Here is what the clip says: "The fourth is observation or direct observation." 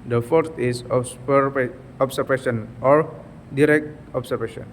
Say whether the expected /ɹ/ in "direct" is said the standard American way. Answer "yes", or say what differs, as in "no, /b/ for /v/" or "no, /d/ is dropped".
yes